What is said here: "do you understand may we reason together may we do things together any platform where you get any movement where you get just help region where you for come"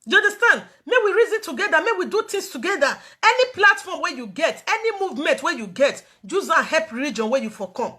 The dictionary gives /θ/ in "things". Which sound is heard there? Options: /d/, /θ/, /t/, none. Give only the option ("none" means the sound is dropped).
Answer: /t/